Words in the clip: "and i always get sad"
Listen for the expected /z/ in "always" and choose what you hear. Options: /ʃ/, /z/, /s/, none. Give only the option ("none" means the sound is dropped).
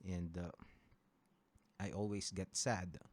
/s/